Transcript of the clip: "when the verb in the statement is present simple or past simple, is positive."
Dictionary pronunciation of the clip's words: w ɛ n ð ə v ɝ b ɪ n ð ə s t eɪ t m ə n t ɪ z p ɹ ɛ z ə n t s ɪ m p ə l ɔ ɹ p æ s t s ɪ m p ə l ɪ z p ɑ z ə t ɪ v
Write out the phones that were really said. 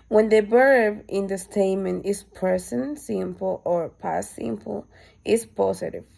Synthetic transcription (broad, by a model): w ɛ n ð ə b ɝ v ɪ n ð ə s t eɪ m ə n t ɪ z p ɹ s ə n s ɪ m p l ɔ ɹ p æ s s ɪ m p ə l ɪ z p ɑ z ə t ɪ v